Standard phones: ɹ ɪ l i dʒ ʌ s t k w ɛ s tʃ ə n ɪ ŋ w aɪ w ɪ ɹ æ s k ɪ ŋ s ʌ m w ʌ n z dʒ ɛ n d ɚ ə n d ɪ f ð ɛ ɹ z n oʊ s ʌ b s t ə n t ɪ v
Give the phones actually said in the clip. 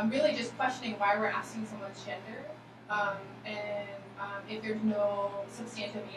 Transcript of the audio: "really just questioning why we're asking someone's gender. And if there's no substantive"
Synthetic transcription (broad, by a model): ɹ ɪ l i dʒ ʌ s k w ɛ s tʃ ə n ɪ ŋ w aɪ w ɪ ɹ æ s k ɪ ŋ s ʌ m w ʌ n dʒ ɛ n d ɚ ə n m ɪ f ð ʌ ɹ z n oʊ s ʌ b s t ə n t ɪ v